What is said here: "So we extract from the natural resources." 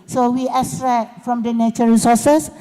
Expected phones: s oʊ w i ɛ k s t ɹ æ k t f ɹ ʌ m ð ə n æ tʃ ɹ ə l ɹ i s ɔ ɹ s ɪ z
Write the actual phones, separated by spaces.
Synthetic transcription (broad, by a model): s oʊ w i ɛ s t ɹ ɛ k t f ɹ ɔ m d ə n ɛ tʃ ə ɹ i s ɔ s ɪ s